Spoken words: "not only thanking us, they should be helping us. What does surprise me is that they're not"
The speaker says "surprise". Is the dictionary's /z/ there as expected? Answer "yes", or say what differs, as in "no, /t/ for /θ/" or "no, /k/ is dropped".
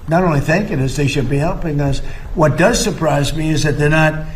yes